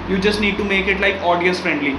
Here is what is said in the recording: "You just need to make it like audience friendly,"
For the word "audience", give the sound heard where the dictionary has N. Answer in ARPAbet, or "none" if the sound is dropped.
none